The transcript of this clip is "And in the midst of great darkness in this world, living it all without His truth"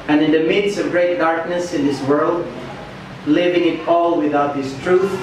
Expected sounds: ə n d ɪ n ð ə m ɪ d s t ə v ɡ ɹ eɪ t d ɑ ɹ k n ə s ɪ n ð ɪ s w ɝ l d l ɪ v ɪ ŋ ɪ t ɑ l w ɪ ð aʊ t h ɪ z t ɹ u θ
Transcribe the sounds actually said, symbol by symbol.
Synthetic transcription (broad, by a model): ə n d ɪ n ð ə m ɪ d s ə v ɡ ɹ eɪ t d ɑ ɹ k n ə s ɪ n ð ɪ s w ɝ l d l ɪ v ɪ ŋ ɪ t ɑ l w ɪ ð aʊ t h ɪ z t ɹ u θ